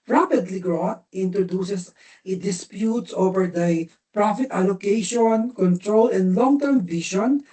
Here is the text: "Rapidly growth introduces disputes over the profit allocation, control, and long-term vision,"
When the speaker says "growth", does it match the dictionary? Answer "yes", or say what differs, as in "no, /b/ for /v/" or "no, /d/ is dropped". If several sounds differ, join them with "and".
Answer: no, /t/ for /θ/